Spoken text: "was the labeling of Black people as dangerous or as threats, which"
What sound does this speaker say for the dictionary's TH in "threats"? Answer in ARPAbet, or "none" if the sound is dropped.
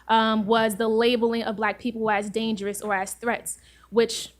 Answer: TH